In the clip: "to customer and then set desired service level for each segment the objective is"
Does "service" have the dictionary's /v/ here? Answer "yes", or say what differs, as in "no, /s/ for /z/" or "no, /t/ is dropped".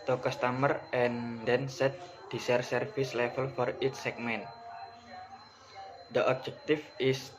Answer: no, /f/ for /v/